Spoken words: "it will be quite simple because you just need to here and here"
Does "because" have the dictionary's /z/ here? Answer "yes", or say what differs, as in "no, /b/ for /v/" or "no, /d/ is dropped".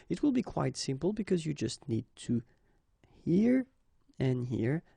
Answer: yes